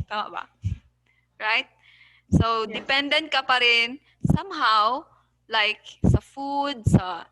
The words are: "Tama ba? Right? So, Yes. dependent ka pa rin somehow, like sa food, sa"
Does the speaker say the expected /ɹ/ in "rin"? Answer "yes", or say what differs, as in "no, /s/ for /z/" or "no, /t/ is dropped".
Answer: yes